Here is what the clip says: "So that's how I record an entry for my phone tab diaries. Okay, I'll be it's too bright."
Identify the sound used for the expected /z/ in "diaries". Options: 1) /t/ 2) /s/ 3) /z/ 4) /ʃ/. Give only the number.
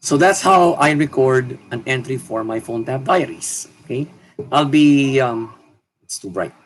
2